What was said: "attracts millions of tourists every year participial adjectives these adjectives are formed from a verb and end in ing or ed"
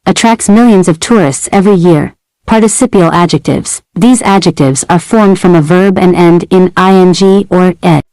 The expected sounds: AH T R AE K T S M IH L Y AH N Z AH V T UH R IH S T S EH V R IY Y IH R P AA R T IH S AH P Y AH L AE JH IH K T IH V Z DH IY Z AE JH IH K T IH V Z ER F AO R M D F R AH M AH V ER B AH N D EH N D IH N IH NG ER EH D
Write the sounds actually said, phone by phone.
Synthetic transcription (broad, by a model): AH T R AE K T S M IH L Y AH N Z AH V T UH R IH S T S EH V R IY Y IH R P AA R T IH S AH P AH L AE JH IH K T IH V Z DH IY Z AE JH IH K T IH V Z ER F AO R M D F R AH M AH V ER B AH N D EH N D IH N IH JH ER EH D